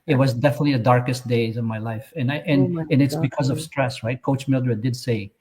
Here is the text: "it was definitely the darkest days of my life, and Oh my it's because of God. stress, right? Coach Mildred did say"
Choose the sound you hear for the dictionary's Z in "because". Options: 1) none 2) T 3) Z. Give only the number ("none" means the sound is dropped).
3